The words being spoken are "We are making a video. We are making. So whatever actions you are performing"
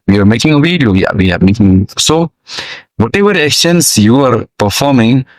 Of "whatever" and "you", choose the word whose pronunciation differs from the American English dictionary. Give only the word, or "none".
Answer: whatever